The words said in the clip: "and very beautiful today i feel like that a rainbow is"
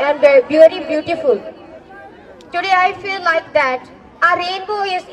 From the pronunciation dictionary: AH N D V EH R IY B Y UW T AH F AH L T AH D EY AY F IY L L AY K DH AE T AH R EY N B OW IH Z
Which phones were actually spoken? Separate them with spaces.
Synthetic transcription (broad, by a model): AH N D B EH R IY B Y UW T AH F AH L T AH D EY AY F IY L L AY K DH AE T AH R EY N B OW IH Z